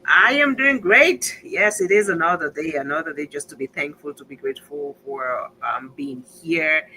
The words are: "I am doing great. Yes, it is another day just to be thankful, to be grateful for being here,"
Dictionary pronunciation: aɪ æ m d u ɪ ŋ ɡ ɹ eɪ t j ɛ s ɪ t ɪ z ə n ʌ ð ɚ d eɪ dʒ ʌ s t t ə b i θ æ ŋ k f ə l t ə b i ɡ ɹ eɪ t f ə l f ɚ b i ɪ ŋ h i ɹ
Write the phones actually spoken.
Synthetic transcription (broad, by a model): aɪ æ m d u ɪ ŋ ɡ ɹ eɪ t j ɛ s ɪ t ɪ z ə n ʌ ð ɚ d eɪ dʒ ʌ s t t ə b i θ æ ŋ k f ə l t ə b i ɡ ɹ eɪ t f ə l f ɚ b i ɪ ŋ h i ɹ